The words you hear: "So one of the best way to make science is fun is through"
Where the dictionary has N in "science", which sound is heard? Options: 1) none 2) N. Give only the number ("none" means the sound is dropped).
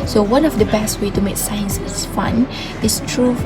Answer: 2